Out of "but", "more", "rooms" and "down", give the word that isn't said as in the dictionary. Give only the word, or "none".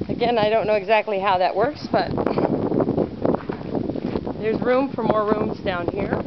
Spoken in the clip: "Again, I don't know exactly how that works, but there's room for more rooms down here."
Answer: none